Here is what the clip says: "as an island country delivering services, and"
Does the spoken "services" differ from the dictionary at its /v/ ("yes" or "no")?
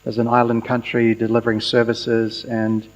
no